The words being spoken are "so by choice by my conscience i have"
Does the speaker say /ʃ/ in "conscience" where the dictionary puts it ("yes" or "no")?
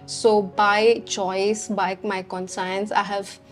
no